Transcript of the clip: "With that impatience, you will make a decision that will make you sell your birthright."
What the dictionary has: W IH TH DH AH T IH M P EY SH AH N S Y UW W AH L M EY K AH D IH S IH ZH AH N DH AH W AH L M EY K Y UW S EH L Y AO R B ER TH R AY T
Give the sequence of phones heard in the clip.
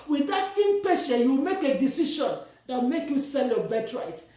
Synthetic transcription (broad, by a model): W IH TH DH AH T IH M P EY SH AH Y UW W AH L M EY K AH D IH S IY SH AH N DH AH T M EY K Y UW S EH L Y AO B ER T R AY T